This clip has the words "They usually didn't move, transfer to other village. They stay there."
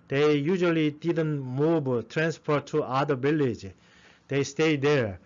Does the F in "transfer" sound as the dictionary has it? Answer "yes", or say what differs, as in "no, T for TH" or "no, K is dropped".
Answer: no, P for F